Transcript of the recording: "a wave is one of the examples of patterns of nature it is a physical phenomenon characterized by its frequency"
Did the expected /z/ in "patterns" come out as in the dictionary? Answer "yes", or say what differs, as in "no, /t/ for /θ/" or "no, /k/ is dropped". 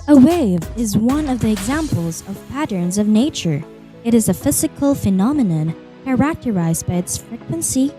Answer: yes